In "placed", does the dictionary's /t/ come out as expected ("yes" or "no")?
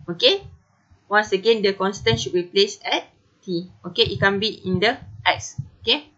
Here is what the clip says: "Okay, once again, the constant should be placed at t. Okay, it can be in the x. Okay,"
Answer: no